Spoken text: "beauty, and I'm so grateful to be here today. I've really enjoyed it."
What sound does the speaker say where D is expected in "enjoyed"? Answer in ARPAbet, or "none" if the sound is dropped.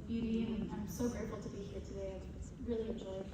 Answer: none